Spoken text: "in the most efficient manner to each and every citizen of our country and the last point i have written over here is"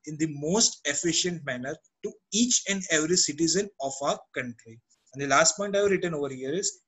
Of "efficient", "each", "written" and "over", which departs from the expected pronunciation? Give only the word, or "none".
none